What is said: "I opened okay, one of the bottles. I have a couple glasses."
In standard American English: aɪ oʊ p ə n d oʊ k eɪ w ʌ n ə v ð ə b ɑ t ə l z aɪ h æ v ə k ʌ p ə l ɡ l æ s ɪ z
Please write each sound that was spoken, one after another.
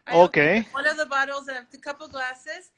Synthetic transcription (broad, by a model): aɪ oʊ ə k eɪ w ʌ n ə v ð ə b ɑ t l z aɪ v ə k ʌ p l ɡ l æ s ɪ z